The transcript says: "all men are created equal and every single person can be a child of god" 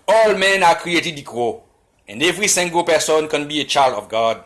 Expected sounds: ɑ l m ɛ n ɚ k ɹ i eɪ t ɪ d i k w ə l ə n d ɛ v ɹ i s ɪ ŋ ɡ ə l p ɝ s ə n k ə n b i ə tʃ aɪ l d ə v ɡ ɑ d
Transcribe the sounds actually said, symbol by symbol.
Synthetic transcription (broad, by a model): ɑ l m ɛ n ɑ k ɹ i eɪ t ɪ d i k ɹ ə ə n d ɛ v ɹ i s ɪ ŋ ɡ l p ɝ s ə n k ə n b i ə tʃ aɪ l d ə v ɡ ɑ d